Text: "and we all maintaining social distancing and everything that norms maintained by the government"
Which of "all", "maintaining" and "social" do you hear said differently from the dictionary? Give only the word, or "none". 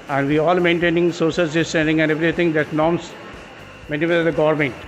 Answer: social